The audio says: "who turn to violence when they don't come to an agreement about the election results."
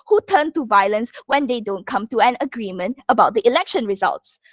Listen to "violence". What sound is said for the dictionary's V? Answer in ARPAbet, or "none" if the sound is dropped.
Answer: V